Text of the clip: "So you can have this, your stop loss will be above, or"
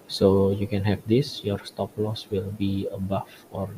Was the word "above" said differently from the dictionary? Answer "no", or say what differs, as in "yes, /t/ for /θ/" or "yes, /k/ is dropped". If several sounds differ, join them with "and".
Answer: yes, /f/ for /v/